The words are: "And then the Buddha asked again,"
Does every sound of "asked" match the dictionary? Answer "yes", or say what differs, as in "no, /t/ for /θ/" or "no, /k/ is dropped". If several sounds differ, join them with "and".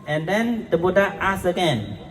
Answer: no, /t/ is dropped